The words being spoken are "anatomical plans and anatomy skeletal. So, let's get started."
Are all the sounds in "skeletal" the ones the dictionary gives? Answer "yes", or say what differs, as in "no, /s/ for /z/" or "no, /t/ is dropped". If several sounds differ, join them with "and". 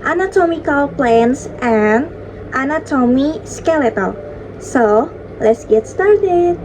yes